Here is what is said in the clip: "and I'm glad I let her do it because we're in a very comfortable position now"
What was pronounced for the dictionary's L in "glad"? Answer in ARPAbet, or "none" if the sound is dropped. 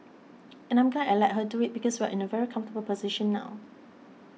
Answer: N